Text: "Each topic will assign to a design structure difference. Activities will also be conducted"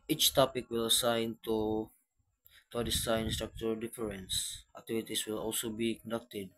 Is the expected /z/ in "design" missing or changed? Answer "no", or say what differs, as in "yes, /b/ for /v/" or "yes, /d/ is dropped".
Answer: yes, /s/ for /z/